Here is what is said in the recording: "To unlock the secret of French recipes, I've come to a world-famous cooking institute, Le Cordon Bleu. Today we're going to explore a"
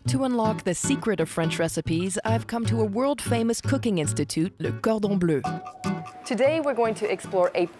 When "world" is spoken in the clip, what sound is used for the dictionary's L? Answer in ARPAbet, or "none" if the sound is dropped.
L